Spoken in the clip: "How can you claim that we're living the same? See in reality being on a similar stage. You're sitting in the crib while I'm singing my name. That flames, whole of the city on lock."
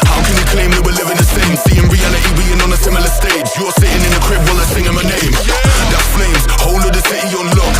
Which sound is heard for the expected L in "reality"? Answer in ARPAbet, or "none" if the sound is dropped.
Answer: N